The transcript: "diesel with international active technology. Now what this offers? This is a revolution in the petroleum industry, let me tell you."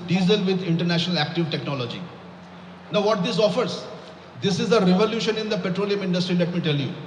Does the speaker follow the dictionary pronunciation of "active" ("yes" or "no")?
yes